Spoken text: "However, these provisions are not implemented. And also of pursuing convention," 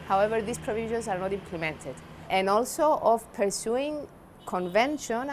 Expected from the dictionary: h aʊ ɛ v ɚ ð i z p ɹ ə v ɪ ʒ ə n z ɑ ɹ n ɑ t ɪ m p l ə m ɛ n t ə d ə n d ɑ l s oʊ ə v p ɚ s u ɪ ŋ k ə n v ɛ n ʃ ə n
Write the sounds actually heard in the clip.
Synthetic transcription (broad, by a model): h aʊ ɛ v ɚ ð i s p ɹ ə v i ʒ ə n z ɑ ɹ n ɑ t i m p l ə m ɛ n t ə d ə n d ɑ l s oʊ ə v p ɚ s u ɪ ŋ k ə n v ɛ n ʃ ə n